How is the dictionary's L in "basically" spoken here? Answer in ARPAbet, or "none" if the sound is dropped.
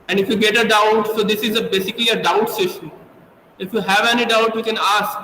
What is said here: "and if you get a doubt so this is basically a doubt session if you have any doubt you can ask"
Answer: L